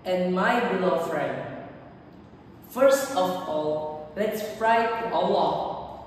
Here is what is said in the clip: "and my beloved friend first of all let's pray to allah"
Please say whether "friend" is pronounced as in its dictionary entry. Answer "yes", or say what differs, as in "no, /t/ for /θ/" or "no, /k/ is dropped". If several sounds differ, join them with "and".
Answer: yes